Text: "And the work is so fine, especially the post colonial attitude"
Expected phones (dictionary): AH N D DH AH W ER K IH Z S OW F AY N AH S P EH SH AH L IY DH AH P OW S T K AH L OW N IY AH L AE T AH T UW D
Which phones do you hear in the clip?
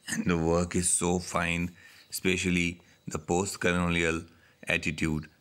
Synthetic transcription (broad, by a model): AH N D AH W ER K IH Z S OW F AY N S P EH SH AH L IY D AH P OW S T K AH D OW L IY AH L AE T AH T UW D